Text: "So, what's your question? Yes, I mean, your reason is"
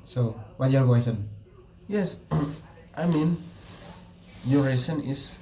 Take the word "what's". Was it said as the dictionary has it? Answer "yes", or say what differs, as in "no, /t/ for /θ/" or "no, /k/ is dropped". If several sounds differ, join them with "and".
no, /s/ is dropped